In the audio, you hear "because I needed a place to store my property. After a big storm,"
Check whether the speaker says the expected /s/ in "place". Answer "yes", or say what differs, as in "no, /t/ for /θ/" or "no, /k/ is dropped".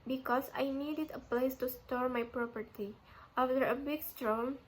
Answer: yes